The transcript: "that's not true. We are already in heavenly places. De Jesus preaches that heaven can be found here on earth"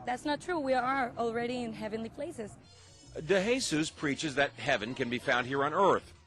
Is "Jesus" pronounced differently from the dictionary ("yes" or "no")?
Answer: yes